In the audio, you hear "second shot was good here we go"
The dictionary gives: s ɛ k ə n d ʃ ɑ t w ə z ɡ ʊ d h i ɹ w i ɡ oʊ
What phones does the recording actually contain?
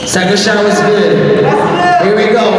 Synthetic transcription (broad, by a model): s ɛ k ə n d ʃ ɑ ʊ w ə z ɡ ʊ d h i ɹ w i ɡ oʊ